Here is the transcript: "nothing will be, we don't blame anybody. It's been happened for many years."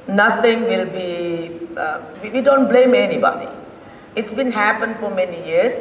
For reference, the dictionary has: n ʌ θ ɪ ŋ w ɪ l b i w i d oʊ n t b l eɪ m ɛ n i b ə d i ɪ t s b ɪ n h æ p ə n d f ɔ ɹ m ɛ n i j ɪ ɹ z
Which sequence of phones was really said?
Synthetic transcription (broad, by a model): n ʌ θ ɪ ŋ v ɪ l b i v i d oʊ n t b l eɪ m ɛ n i b ə d i ɪ t s b ɪ n h æ p ə n d f ɔ ɹ m ɛ n i j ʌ ɹ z